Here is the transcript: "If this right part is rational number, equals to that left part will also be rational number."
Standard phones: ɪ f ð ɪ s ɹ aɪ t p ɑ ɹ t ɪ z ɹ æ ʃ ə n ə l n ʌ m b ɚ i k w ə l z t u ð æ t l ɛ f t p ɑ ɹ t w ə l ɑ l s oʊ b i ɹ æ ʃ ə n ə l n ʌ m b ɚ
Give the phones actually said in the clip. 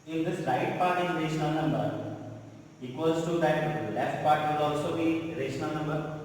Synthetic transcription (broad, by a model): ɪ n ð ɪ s l aɪ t p ɑ ɹ t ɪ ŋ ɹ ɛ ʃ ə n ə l n ʌ m b ɚ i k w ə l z t u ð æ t l ɛ f t p ɑ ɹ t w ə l ɑ l s oʊ b i ɹ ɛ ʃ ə n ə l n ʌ m b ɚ